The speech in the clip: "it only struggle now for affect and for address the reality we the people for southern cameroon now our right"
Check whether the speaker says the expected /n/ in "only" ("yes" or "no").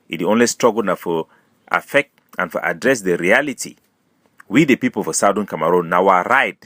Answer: yes